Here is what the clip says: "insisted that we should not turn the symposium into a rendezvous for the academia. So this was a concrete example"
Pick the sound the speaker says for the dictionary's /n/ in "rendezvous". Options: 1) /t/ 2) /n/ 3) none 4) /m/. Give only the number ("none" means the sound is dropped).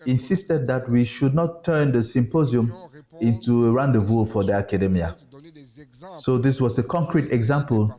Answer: 2